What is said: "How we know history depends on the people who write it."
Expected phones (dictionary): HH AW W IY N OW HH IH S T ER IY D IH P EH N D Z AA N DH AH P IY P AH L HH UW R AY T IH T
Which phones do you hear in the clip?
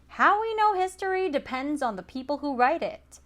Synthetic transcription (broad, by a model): HH AW W IY N OW HH IH S T ER IY D IH P EH N D Z N DH AH P IY P L HH UW R AY T IH T